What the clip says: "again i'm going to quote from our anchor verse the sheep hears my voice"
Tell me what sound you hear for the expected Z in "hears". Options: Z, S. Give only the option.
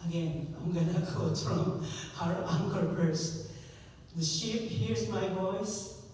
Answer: Z